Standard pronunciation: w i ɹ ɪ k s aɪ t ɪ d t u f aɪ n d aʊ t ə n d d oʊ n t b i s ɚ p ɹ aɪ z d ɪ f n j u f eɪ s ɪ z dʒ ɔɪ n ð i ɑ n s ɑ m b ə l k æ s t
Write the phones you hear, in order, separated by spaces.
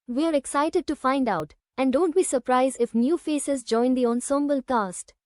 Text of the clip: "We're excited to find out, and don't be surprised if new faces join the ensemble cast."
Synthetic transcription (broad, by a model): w i ɹ ɪ k s aɪ t ɪ d t u f aɪ n d aʊ t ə n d d oʊ n t b i s ɚ p ɹ aɪ z d ɪ f n j u f eɪ s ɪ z dʒ ɔɪ n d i ɑ n s ɑ m b ə l k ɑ s t